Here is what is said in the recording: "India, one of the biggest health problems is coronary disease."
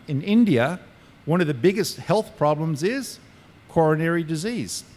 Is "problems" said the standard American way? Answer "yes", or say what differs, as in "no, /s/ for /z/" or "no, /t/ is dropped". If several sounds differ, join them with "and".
yes